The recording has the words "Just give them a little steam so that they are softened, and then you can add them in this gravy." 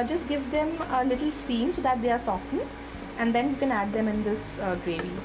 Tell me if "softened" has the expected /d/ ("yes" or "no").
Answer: no